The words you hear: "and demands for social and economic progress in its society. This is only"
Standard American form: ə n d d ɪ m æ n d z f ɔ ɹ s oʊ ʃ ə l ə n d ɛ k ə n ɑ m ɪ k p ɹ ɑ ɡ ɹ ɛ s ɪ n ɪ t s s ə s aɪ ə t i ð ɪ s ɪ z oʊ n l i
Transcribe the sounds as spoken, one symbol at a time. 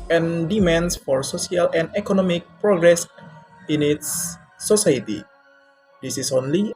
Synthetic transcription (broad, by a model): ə n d d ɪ m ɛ n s f ɔ ɹ s oʊ s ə l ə n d ɛ k ə n ɑ m ɪ k p ɹ ɑ ɡ ɹ ɛ s ɪ n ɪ t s s ə s aɪ ə t i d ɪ s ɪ s oʊ n l i